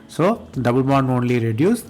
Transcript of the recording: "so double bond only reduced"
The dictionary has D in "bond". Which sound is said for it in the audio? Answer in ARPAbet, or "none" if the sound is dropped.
none